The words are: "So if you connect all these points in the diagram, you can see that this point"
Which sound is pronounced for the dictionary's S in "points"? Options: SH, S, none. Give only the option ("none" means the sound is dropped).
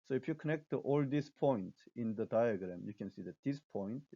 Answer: none